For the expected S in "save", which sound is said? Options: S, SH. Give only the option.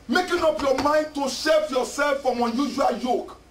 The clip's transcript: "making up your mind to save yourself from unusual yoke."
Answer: SH